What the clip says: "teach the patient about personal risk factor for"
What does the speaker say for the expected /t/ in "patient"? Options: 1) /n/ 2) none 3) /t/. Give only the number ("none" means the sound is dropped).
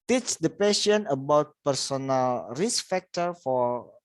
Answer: 2